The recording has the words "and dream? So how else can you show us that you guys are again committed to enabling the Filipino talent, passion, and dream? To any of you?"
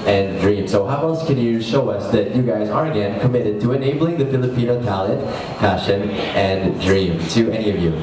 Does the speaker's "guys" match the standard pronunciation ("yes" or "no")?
yes